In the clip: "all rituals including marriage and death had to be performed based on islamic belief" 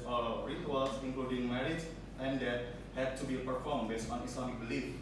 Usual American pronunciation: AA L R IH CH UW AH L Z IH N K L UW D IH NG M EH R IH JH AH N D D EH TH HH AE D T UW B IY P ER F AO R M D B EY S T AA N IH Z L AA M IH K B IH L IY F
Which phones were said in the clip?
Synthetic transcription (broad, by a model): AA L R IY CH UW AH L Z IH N K L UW D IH NG M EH R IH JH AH N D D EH T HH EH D T UW B IY P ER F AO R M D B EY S AA N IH S L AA M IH K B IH L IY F